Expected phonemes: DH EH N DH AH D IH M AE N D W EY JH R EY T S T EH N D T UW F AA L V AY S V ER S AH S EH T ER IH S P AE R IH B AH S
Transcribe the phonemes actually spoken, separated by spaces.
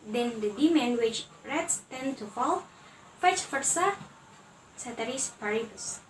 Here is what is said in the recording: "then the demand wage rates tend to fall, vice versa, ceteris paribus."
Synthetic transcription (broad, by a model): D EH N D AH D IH M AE N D W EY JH R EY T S T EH N T UW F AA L F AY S F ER S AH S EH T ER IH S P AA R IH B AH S